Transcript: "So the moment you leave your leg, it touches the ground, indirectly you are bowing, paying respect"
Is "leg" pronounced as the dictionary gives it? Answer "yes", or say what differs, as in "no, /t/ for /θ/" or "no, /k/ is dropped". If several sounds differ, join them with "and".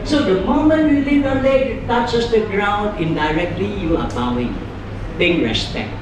no, /ɡ/ is dropped